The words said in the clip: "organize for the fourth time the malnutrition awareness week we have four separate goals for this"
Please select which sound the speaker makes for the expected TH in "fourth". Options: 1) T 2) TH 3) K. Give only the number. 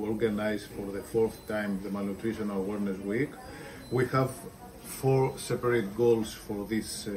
2